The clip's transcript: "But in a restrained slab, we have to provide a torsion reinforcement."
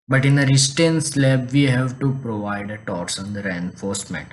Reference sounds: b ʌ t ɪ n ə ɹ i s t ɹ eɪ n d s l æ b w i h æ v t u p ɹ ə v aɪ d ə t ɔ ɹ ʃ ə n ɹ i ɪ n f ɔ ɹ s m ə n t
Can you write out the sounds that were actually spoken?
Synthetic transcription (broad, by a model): b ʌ t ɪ n ə ɹ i s t eɪ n s l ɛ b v i h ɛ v t u p ɹ ə v aɪ d ə t ɔ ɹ s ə n ɹ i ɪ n f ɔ ɹ s m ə n t